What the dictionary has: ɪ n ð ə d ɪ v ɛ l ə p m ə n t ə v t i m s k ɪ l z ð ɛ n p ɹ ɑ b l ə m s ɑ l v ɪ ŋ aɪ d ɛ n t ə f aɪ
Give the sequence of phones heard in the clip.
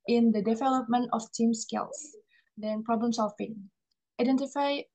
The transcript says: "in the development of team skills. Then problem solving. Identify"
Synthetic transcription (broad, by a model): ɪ n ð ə d ɪ v ɛ l ə p m ə n t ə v t i m s k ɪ l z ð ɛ n p ɹ ɑ b l ə m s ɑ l f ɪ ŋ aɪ d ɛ n t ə f aɪ